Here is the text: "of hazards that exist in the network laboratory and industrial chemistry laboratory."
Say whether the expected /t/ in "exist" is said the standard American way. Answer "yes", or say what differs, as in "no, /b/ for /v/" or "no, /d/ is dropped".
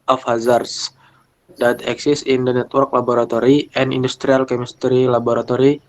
no, /t/ is dropped